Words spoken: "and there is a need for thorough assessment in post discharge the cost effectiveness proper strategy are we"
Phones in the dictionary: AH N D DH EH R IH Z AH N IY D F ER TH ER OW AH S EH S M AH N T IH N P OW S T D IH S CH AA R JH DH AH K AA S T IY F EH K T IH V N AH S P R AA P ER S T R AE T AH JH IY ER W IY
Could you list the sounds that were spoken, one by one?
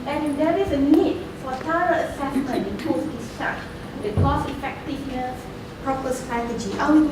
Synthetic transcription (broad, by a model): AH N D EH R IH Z AH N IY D F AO T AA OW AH S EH S M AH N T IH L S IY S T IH CH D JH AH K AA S IY F EH K T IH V N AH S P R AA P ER S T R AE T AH JH IY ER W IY